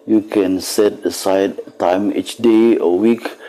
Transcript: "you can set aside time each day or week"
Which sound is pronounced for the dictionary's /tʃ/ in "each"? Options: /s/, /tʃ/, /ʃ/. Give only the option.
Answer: /tʃ/